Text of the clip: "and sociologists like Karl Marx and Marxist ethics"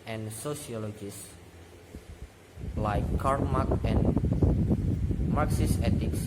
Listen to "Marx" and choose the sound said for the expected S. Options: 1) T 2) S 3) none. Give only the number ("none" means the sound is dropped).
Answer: 3